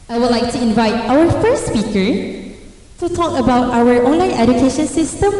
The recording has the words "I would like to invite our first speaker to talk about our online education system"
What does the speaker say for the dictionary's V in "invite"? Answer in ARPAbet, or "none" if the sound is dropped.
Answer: V